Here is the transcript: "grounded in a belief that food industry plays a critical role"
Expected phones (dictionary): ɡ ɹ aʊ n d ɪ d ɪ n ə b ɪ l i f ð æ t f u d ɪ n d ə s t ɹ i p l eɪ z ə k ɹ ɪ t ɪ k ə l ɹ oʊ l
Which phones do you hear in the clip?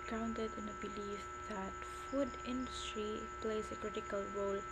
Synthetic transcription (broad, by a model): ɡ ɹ aʊ n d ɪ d ɪ n ə b ɪ l i f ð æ t f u d ɪ n d ə s t ɹ i p l eɪ z ə k ɹ ɪ t ɪ k ə l ɹ oʊ l